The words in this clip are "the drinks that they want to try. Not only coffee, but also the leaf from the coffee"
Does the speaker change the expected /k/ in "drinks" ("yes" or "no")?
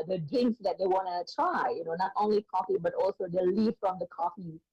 yes